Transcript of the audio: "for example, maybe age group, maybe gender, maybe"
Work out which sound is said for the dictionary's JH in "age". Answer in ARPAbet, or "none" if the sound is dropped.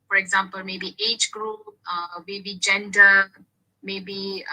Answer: JH